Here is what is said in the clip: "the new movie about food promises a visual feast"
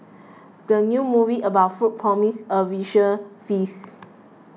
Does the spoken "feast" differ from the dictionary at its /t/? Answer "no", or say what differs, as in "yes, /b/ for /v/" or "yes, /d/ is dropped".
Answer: yes, /t/ is dropped